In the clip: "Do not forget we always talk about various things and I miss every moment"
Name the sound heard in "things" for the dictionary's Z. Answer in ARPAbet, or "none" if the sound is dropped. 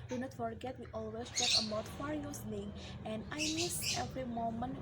none